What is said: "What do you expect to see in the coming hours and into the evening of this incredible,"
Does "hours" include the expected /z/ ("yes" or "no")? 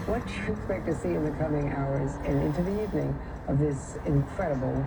yes